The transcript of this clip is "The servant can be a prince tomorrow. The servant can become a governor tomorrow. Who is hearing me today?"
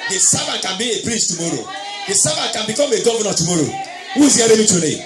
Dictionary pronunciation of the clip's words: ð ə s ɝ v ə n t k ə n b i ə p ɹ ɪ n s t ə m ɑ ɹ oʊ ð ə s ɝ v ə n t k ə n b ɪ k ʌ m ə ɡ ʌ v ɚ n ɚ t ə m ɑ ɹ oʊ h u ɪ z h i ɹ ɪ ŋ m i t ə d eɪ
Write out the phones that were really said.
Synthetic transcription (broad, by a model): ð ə s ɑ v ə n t k ə n b i ə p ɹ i s t ə m ɑ ɹ oʊ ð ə s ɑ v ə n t k ə n b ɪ k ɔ m ə ɡ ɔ v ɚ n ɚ t ə m ɑ ɹ oʊ h u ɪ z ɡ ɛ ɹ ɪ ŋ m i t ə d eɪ